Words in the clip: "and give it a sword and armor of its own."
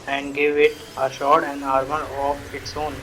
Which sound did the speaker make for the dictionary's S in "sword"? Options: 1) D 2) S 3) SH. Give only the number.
3